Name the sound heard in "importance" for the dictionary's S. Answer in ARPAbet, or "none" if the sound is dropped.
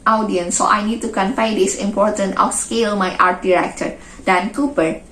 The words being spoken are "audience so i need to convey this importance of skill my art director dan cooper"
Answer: none